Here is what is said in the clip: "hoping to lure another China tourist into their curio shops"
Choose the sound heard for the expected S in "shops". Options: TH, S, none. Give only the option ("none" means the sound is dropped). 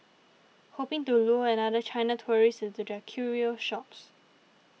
S